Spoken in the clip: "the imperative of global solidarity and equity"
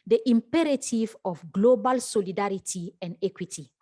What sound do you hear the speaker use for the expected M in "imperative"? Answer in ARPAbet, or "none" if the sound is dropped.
M